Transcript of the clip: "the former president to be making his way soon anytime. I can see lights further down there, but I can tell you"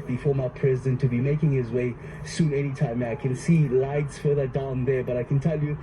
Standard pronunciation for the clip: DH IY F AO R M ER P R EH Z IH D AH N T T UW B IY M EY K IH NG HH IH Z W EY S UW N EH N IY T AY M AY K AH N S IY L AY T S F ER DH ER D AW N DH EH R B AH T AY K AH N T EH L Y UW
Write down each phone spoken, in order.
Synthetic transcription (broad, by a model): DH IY F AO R M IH P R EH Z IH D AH N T T UW B IY M EY K IH NG HH IH Z W EY S UW N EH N IY T AY M AY K AH N S IY L AY T S F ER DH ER D AW N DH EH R B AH T AY K AH N T EH L Y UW